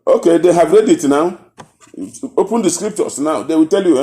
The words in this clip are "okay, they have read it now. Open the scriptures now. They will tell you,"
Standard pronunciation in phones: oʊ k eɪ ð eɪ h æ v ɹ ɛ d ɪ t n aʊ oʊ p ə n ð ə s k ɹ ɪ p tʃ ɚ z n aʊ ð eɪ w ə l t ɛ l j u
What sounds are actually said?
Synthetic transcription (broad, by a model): oʊ k eɪ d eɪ h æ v ɹ ɛ d ɪ t n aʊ oʊ p ə n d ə s k ɹ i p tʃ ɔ s n aʊ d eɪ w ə t ɛ l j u